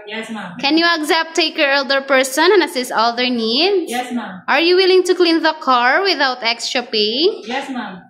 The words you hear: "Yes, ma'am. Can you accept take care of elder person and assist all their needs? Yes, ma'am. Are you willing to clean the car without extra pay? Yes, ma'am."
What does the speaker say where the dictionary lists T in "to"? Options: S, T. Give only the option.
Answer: T